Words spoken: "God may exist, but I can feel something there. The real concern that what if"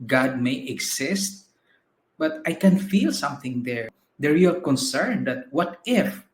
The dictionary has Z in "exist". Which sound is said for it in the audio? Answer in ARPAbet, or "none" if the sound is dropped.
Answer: S